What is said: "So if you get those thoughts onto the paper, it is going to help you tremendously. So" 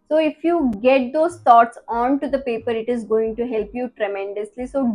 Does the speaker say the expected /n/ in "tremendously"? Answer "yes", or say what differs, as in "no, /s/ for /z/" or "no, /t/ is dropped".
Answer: yes